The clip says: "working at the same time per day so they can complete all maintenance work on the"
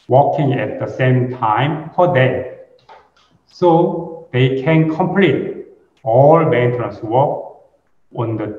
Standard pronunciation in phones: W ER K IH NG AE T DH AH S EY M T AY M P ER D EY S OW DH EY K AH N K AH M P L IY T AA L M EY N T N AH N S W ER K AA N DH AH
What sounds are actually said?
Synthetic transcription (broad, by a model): W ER K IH NG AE T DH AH S EY M T AY M F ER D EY S OW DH EY K AH N K AH M P L IY T AA L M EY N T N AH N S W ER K AA N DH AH